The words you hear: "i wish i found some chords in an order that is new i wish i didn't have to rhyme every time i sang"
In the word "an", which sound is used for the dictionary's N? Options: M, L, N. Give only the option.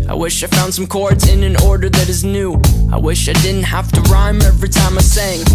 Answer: N